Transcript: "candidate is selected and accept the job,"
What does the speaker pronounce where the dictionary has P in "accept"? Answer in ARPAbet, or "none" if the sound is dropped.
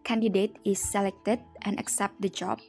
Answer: P